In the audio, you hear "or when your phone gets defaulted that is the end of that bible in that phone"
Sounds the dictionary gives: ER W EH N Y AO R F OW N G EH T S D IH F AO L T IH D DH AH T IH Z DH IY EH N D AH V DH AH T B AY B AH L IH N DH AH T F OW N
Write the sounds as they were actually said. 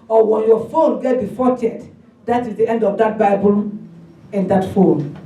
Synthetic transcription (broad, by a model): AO W EH N Y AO F OW N G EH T D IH F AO T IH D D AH T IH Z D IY EH N D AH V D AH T B AY B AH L IH N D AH T F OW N